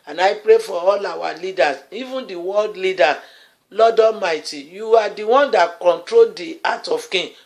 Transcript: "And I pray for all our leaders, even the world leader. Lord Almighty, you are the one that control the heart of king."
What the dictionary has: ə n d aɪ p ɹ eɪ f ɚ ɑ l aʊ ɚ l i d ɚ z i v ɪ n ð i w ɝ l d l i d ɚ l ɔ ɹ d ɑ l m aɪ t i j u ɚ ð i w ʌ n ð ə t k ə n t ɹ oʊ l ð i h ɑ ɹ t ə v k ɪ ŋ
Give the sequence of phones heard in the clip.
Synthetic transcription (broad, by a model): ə n aɪ p ɹ eɪ f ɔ ɑ l aʊ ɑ l i d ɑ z i v ɪ n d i w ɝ l d l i d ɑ l ɔ d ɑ m aɪ t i j u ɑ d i w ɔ n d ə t k ə n t ɹ oʊ l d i ɑ t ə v k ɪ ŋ